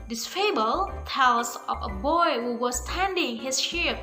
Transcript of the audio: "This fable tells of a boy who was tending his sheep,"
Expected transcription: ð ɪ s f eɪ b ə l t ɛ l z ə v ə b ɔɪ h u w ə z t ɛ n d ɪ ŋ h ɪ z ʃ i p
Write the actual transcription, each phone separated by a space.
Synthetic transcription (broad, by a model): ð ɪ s f eɪ b ə l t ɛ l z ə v ə b ɔɪ h u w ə s t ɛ n d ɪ ŋ h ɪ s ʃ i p